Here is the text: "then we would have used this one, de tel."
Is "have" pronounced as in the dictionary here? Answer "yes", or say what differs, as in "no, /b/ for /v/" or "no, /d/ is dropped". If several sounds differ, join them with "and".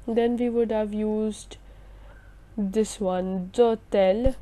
yes